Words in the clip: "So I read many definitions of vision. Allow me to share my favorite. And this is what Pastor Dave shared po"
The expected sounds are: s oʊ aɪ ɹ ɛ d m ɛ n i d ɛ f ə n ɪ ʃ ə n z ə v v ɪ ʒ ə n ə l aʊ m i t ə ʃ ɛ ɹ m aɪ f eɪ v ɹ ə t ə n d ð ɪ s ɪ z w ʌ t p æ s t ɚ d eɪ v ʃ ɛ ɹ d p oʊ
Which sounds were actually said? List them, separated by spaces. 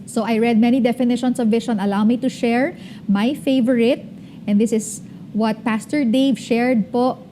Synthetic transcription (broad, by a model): s oʊ aɪ ɹ ɛ d m ɛ n i d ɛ f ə n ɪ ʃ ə n s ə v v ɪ ʃ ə n ə l aʊ m i t ə ʃ ɛ ɹ m aɪ f eɪ v ɹ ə t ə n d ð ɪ s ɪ s w ʌ t p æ s t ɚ d eɪ v ʃ ɛ ɹ d p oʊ